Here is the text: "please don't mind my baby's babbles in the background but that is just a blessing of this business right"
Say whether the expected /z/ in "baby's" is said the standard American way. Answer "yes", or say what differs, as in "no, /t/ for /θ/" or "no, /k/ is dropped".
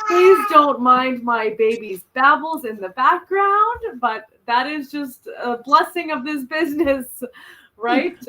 yes